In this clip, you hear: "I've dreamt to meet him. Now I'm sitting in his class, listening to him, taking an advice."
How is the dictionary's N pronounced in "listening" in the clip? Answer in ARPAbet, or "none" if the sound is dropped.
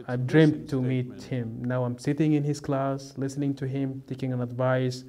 N